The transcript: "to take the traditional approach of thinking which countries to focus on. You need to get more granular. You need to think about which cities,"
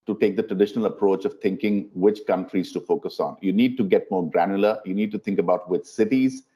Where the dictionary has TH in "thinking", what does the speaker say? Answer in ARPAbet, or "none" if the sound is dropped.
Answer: T